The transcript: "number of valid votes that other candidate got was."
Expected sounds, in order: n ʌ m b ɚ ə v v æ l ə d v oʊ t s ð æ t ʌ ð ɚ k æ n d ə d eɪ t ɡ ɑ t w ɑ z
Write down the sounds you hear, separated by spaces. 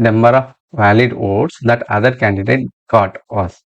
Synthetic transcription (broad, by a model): n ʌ m b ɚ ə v v æ l ə d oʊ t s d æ t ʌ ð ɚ k æ n d ə d eɪ t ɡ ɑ t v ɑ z